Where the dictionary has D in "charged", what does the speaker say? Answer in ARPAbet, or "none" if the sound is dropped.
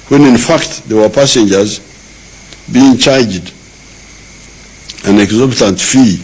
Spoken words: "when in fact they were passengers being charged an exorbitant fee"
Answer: D